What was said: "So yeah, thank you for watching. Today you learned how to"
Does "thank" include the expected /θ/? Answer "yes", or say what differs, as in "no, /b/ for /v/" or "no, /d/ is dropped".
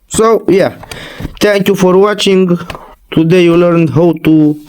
no, /t/ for /θ/